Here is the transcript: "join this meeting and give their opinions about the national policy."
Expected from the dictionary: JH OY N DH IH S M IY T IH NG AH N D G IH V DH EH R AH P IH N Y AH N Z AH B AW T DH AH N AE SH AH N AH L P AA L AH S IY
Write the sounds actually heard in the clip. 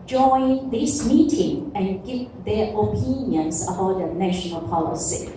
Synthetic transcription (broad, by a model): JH OY N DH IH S M IY T IH NG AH N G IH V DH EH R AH P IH N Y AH N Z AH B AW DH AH N AE SH AH N AH L P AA L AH S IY